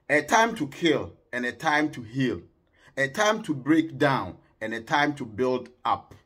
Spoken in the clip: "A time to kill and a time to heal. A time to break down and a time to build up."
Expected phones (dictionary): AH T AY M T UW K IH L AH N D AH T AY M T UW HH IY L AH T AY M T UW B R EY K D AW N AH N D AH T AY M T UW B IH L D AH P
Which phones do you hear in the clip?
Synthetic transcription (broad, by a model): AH T AY M T UW K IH L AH N AH T AY M T UW HH IY L AH T AY M T UW B R EY K D AW N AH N AH T AY M T UW B IH L D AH P